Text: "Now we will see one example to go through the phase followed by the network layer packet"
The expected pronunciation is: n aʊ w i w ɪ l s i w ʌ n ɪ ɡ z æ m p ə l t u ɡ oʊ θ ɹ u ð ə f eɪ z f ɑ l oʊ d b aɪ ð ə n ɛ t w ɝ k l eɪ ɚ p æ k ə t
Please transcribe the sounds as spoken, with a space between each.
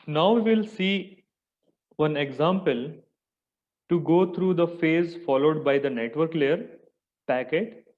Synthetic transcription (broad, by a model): n aʊ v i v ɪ l s i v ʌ n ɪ ɡ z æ m p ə l t u ɡ oʊ t ɹ u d ə f eɪ z f ɑ l oʊ d b aɪ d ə n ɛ t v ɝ k l eɪ ɚ p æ k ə t